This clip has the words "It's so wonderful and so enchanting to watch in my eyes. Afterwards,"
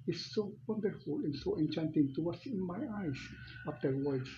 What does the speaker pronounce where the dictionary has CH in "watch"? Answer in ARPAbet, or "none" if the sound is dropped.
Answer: S